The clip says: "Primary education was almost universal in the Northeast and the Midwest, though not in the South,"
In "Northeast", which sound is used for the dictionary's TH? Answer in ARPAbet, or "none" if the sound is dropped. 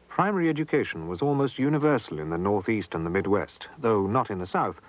TH